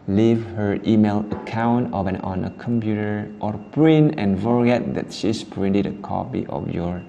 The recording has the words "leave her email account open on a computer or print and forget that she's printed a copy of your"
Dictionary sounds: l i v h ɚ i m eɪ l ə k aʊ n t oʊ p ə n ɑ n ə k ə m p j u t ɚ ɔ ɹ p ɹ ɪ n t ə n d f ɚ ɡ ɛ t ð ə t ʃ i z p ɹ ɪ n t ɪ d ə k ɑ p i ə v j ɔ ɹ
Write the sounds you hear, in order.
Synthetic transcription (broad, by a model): l i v h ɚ i m eɪ l ə k aʊ n t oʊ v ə n ɑ n ə k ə m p j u t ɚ ɔ ɹ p ɹ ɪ n ə n f ɚ ɡ ɛ t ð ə t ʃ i s p ɹ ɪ n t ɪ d ə k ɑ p i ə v j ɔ ɹ